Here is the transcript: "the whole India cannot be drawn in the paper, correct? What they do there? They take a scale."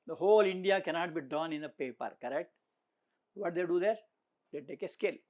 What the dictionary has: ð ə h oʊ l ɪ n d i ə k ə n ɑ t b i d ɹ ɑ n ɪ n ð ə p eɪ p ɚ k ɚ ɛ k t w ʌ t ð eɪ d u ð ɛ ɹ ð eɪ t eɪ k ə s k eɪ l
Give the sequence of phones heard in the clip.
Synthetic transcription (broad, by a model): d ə h oʊ l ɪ n d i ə k ə n ɑ t b i d ɑ n ɪ n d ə p eɪ p ɚ k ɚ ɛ k t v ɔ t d eɪ d u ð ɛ ɹ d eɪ t eɪ k ə s k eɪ l